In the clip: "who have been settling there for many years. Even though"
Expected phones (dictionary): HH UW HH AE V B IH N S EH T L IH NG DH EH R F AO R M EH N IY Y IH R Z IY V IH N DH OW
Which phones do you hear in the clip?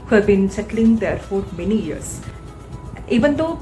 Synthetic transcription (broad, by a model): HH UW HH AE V B IH N S EH T L IH NG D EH R F AO R M EH N IY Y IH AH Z IY V IH N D OW